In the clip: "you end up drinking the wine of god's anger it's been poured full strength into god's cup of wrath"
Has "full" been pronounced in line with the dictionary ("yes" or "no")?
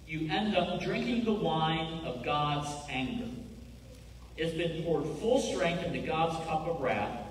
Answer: yes